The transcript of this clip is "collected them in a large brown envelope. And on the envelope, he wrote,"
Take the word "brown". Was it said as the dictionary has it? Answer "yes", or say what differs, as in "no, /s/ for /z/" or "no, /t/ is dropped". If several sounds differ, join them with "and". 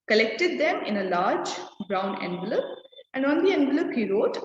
yes